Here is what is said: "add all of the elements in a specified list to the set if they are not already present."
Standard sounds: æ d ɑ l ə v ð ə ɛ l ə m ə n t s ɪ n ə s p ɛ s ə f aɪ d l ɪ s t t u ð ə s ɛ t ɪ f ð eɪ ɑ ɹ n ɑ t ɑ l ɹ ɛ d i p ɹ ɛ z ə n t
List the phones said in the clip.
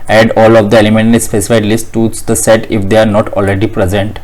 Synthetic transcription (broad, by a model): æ d ɑ l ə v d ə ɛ l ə m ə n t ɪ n ə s f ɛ s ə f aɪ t l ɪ s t t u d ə s ɛ t ɪ f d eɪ ɑ ɹ n ɑ t ɑ l ɹ ɛ d i p ɹ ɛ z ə n t